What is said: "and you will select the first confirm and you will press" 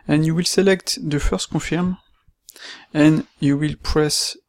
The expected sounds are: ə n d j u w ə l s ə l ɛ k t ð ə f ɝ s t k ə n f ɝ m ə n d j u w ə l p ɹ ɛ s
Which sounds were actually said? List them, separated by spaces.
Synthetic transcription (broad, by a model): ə n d j u w ə l s ə l ɛ k t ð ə f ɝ s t k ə f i m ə n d j u w ə l p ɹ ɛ s